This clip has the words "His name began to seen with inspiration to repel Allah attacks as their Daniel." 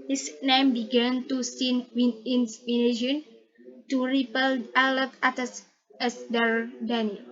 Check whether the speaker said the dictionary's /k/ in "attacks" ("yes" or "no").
no